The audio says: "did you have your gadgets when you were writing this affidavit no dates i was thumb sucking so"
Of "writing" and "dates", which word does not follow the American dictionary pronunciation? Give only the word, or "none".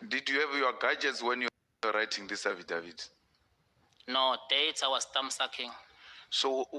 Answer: dates